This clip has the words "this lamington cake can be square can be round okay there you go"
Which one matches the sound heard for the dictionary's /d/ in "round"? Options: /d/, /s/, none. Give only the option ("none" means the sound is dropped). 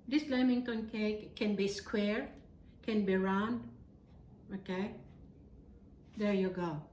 /d/